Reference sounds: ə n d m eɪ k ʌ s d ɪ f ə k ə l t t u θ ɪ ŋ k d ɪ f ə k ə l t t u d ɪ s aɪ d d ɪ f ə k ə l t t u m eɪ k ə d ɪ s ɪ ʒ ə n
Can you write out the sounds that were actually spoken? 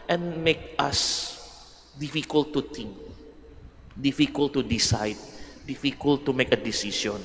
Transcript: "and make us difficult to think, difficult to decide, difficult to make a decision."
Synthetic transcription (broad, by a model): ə n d m eɪ k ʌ s d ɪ f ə k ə l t t u t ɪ ŋ k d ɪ f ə k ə l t t u d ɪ s aɪ d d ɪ f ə k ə l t t u m eɪ k ə d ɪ s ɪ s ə n